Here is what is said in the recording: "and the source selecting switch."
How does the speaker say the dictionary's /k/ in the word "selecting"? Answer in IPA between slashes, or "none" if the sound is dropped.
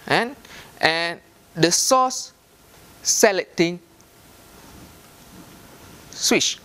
none